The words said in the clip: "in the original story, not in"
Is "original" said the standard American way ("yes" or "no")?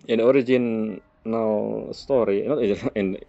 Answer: no